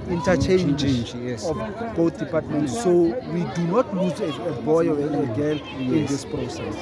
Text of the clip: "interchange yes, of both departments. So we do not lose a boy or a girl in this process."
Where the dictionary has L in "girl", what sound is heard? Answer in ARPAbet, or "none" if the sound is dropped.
N